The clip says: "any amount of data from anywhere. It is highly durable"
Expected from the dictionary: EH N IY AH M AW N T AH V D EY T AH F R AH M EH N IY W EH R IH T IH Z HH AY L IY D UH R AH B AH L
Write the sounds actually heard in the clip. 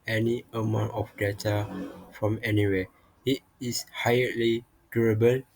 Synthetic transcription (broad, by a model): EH N IY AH M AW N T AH F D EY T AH F R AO M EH N IY W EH IH T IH S HH AY L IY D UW R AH B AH L